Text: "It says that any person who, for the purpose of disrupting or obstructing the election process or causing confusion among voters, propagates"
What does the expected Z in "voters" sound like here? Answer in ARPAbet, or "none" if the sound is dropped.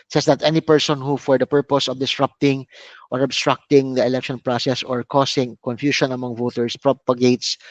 S